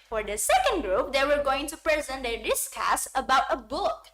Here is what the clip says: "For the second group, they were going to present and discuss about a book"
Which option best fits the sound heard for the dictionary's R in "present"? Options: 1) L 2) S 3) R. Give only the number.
3